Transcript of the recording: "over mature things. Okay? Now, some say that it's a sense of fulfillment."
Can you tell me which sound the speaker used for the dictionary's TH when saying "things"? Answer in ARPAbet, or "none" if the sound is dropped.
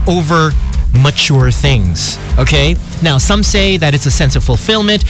TH